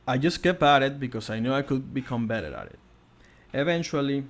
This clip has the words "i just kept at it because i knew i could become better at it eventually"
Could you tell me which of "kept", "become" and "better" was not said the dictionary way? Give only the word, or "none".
kept